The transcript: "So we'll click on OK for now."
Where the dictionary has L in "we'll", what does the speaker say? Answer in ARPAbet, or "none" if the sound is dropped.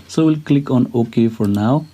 L